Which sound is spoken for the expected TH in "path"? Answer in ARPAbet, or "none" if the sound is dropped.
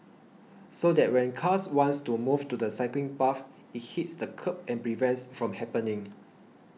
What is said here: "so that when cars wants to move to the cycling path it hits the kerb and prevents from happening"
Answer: F